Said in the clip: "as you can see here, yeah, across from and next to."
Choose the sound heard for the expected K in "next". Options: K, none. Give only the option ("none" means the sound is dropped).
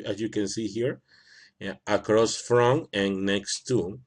K